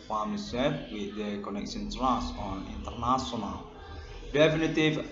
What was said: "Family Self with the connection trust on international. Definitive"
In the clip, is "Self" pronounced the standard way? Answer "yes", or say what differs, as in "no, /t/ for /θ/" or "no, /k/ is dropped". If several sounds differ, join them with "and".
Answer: no, /l/ is dropped